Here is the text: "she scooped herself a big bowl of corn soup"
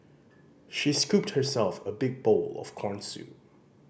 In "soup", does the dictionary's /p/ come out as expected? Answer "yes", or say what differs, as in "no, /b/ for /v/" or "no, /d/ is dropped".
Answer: no, /p/ is dropped